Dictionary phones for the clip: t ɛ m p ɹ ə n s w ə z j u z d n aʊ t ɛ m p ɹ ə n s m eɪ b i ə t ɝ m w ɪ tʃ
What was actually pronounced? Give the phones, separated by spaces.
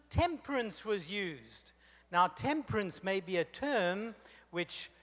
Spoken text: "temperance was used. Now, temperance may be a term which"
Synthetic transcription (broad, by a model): t ɛ m p ɹ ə n s w ə z j u z d n aʊ t ɛ m p ɹ ə n s m eɪ b i ə t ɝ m w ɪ tʃ